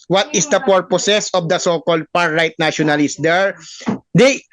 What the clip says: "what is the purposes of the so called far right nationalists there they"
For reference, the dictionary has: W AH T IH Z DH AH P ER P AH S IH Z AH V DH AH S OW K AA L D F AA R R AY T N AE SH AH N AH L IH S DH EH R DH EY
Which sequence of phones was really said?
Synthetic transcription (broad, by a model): W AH T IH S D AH P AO P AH S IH S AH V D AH S OW K AA L D P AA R R AY T N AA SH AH N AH L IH S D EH R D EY